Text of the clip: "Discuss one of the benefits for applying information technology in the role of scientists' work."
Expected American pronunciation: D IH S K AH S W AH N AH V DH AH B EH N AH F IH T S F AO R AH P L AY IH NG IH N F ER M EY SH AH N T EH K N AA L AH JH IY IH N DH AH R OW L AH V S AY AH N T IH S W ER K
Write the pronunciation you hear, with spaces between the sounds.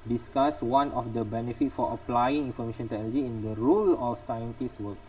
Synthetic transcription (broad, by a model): D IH S K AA S W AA N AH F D AH B EH N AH F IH T F AO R AH P L AY IH NG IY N F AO M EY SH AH N T EH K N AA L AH JH IY IH N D AH R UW L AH F S AY AH N T IH S W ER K